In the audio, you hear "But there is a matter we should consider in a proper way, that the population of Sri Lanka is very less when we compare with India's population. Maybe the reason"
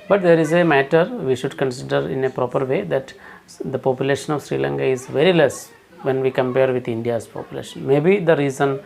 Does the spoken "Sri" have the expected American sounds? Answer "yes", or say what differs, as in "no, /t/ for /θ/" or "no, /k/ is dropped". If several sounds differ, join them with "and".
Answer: yes